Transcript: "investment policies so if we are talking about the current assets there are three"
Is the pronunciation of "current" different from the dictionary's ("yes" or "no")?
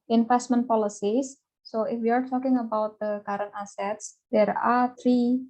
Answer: yes